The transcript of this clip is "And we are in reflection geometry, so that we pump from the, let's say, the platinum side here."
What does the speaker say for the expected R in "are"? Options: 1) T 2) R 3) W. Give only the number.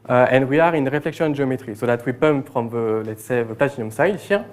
2